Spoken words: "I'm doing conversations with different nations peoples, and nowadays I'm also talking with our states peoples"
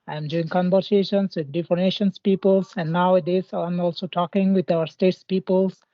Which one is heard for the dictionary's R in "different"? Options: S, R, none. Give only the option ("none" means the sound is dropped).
none